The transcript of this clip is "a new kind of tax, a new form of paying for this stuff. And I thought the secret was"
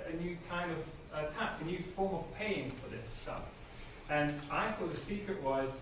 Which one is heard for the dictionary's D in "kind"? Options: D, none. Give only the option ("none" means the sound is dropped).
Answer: D